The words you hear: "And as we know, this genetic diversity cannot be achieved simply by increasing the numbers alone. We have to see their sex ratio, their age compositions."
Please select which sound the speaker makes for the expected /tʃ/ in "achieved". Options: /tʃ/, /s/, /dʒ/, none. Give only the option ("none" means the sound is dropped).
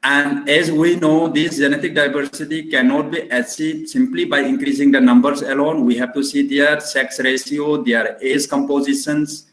/s/